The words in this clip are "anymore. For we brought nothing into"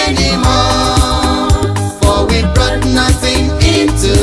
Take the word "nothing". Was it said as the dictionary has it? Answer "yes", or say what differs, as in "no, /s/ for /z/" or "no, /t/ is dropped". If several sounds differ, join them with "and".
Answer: yes